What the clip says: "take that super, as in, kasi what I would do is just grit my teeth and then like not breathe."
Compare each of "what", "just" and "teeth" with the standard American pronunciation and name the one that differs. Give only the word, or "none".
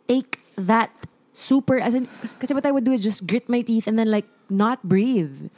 none